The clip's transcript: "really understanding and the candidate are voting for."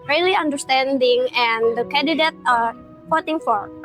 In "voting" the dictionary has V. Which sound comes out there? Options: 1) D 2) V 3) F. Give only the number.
3